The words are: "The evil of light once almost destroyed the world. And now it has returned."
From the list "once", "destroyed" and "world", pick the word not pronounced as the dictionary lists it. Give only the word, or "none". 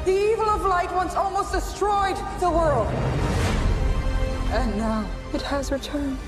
none